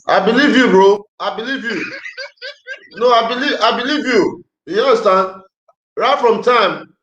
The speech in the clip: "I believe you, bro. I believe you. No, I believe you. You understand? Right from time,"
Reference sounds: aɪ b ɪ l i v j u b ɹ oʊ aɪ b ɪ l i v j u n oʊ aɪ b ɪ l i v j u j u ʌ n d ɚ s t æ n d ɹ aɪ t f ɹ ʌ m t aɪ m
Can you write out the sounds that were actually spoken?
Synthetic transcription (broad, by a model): aɪ b ɪ l i v j u b ɹ oʊ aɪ b ɪ l i v j u n oʊ aɪ b ɪ l i v j u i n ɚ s t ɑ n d ɹ aɪ t f ɹ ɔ m t aɪ m